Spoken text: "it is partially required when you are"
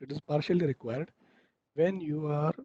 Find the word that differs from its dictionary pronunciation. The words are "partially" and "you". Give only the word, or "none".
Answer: none